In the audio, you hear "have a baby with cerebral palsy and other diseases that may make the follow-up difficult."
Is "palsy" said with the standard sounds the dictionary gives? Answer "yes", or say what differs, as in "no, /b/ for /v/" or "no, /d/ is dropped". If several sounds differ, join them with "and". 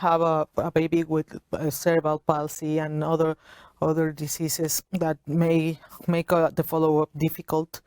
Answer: no, /s/ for /z/